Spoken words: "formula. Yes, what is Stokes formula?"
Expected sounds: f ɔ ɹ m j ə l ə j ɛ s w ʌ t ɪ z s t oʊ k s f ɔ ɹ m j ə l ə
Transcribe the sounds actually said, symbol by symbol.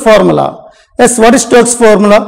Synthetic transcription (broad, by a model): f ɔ ɹ m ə l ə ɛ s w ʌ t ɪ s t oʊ s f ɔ ɹ m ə l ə